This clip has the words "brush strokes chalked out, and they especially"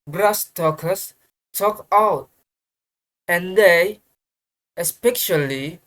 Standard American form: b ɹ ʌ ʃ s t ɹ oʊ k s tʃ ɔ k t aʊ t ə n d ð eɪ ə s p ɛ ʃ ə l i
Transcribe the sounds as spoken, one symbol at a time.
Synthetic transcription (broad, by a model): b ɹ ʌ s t oʊ k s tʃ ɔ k aʊ t ə n d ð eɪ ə s p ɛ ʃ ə l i